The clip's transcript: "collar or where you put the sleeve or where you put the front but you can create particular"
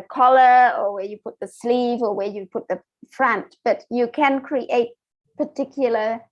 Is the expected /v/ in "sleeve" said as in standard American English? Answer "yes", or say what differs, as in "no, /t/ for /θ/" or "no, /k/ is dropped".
yes